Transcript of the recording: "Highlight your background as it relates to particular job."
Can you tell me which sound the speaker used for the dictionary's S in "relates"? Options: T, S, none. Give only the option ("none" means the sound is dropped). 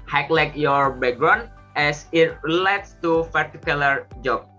S